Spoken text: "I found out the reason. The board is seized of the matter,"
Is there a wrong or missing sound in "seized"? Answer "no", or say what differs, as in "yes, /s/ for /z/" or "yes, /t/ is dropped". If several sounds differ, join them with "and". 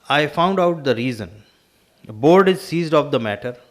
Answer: no